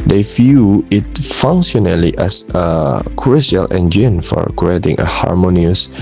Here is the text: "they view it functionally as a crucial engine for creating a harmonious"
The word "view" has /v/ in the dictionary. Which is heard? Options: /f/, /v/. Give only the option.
/f/